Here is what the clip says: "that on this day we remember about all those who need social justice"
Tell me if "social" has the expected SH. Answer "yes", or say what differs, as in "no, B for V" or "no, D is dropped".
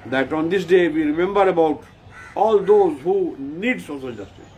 no, S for SH